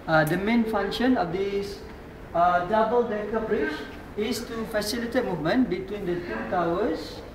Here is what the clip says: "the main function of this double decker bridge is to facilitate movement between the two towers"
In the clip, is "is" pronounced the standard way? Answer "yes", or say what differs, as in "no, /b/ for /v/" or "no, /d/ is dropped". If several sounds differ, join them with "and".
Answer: no, /s/ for /z/